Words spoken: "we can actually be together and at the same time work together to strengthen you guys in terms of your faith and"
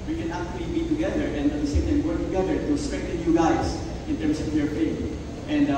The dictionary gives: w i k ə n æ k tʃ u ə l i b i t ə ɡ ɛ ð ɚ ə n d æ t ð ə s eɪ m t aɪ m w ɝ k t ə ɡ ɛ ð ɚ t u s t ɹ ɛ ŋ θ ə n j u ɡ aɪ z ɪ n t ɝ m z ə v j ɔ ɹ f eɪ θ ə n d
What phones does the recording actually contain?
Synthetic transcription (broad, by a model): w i k ə n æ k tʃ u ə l i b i t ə ɡ ɛ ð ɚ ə n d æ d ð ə s eɪ m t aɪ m w ɝ k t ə ɡ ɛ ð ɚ t u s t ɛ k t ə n j u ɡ aɪ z ɪ n t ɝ m s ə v j ɔ ɹ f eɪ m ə n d